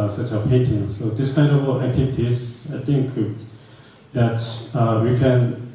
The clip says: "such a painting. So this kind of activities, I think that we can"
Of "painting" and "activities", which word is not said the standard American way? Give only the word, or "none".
activities